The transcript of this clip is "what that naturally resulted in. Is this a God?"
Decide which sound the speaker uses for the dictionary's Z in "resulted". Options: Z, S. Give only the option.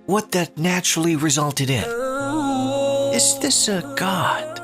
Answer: Z